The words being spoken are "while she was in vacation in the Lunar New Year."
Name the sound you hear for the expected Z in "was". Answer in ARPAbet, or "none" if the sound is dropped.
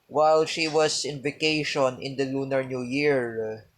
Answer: S